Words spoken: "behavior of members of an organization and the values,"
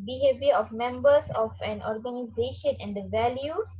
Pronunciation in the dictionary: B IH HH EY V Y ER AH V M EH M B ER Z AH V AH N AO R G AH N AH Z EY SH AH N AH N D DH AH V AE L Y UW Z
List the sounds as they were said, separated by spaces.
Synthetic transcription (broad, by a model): B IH HH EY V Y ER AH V M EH M B ER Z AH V AH N AO R G AH N AH Z EY SH AH N AH N D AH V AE L Y UW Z